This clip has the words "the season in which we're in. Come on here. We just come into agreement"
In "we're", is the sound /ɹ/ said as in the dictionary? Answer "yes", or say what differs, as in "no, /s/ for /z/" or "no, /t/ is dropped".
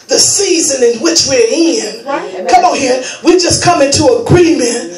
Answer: yes